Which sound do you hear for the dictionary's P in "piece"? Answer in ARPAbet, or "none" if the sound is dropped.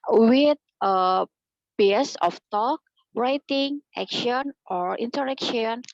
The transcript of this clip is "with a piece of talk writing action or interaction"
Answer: B